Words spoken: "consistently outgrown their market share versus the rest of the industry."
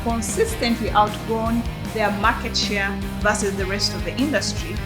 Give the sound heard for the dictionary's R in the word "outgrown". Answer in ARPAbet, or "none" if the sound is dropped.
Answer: none